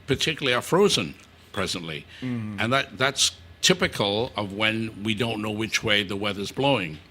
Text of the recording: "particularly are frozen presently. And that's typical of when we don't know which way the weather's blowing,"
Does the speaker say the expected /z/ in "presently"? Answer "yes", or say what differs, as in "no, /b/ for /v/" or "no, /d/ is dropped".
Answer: yes